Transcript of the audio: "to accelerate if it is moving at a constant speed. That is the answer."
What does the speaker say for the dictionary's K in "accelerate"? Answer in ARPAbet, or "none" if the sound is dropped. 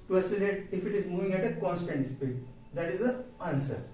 none